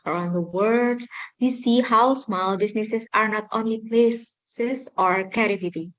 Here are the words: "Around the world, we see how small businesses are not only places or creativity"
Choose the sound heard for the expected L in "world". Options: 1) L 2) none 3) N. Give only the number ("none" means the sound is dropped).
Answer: 2